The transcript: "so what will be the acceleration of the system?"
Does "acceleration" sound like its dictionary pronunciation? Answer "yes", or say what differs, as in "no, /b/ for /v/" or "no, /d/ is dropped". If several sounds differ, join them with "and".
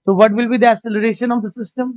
no, /k/ is dropped